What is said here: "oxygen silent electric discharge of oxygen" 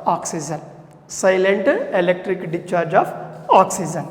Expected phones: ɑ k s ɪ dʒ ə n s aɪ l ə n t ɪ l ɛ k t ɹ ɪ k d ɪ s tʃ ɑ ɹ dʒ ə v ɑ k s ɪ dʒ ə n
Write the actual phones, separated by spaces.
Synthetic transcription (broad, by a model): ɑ k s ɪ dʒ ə n s aɪ l ə n t ɪ l ɛ k t ɹ ɪ k d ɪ tʃ ɑ ɹ dʒ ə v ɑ k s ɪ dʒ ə n